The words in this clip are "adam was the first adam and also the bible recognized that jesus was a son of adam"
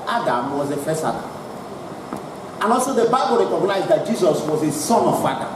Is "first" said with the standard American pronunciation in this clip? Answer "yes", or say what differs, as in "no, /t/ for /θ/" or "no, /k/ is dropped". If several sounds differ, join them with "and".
no, /t/ is dropped